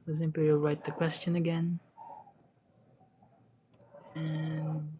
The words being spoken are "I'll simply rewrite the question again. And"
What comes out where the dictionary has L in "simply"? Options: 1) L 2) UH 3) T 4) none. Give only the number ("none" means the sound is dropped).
4